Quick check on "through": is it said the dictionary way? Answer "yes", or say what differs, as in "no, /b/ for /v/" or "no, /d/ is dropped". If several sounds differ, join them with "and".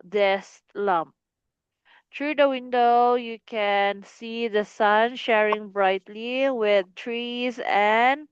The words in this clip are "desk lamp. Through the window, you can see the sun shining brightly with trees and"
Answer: no, /t/ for /θ/